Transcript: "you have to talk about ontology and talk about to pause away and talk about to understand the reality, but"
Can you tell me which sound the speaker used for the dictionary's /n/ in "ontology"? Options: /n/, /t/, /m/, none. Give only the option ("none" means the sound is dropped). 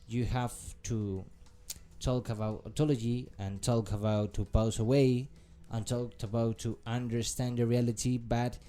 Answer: none